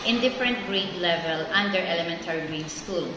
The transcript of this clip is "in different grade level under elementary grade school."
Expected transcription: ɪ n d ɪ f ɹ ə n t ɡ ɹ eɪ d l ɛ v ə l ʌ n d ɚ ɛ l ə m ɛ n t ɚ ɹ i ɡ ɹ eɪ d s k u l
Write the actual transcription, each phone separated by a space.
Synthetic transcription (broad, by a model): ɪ n d ɪ f ɹ ə n t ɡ ɹ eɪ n l ɛ v ə l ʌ n d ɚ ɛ l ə m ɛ n t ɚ ɹ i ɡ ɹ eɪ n s k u l